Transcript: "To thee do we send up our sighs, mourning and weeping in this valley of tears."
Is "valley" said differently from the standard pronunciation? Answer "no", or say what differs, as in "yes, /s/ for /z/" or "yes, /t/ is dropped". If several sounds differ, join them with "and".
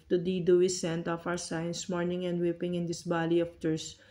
yes, /b/ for /v/